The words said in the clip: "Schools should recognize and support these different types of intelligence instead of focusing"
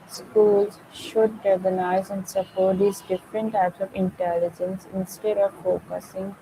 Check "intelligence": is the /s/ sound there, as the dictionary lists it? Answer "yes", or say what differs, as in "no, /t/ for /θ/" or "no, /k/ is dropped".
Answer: yes